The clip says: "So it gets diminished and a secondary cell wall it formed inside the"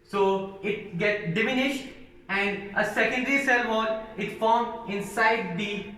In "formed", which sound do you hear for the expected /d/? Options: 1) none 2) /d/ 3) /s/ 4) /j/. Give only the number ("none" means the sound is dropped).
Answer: 1